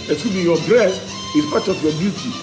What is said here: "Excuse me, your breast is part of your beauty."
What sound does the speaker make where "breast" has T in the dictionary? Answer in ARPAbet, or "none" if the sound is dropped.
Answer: none